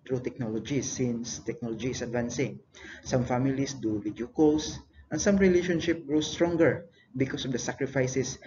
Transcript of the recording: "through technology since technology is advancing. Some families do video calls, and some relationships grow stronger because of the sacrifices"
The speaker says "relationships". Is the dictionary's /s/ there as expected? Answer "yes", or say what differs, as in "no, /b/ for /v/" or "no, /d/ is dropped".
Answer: no, /s/ is dropped